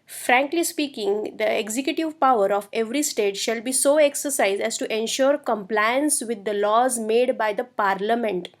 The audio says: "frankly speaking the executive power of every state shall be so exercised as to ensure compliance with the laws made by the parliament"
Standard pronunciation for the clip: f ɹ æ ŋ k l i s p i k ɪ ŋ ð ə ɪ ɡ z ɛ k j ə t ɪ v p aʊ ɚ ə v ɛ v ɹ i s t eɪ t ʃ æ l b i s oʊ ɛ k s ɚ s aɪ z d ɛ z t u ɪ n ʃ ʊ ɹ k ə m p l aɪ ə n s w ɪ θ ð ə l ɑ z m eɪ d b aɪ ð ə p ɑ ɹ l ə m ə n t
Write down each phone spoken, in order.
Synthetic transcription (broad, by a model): f ɹ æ ŋ k l i s p i k ɪ ŋ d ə ɪ ɡ z ɛ k j ə t ɪ v p aʊ ɚ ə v ɛ v ɹ i s t eɪ t ʃ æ l b i s oʊ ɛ k s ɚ s aɪ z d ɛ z t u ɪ n ʃ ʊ ɹ k ə m p l aɪ ə n s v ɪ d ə l ɑ z m eɪ d b aɪ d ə p ɑ ɹ l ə m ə n t